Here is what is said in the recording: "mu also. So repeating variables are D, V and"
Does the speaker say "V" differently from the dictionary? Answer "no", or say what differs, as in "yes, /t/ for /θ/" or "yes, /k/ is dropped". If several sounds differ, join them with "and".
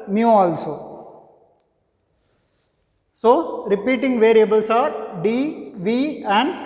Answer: no